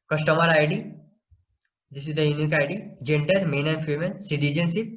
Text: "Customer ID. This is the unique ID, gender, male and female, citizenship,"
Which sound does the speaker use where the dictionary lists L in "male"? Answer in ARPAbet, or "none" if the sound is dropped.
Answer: N